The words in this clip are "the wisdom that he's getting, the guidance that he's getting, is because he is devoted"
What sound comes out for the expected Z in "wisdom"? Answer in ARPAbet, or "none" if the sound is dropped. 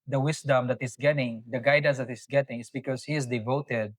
S